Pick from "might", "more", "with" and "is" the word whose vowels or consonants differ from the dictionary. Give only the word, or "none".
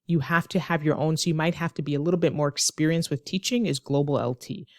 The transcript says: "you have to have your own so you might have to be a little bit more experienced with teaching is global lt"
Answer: none